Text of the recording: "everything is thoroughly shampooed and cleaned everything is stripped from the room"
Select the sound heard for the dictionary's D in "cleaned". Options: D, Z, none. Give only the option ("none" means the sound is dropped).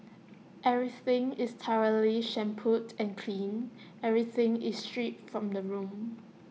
none